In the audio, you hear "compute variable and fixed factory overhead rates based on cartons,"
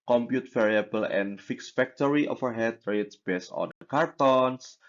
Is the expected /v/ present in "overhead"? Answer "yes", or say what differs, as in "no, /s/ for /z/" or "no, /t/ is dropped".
no, /f/ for /v/